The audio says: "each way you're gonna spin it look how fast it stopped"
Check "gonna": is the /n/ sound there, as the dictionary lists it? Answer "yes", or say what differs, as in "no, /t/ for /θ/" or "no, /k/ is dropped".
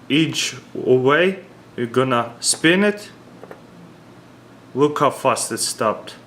yes